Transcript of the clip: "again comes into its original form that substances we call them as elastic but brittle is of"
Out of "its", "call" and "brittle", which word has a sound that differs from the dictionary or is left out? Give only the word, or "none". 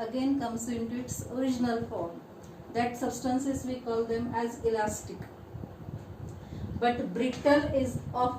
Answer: none